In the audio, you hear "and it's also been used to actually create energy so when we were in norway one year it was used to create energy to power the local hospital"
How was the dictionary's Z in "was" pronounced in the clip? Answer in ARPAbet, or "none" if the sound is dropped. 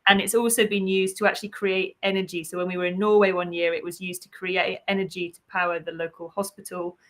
Z